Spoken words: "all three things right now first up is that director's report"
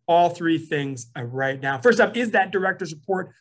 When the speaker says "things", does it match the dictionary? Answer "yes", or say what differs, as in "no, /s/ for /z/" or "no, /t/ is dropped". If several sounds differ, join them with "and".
yes